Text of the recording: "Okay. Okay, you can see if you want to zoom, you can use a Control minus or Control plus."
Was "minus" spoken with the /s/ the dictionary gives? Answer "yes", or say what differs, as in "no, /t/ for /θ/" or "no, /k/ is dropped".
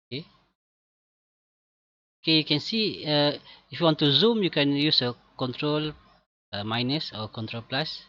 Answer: yes